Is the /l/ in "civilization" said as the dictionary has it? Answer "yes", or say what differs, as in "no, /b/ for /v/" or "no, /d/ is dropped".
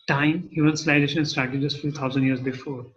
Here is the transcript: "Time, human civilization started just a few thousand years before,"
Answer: no, /l/ is dropped